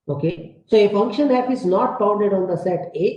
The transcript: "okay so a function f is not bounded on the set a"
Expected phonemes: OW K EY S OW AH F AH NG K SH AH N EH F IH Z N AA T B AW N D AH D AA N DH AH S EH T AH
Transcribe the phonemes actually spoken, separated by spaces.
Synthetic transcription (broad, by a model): OW K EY S OW AH F AH NG K SH AH N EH P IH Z N AA T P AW N D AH D AA N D AH S EH T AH